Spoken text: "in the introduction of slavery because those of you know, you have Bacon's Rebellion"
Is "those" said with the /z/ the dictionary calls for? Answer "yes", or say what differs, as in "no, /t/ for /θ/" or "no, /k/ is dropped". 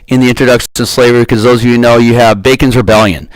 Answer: yes